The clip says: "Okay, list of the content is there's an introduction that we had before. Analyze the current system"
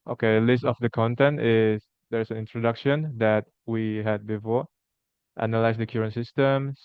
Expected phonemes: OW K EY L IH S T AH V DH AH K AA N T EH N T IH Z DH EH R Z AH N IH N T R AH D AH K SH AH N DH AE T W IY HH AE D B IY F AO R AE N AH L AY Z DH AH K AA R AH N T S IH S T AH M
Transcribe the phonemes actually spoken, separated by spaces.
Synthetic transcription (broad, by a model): OW K EY L IH S T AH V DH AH K AA N T EH N T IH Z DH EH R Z AH N IH N T R AH D AH K SH AH N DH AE T W IY HH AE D B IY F AO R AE N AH L AY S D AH K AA R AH N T S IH S T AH M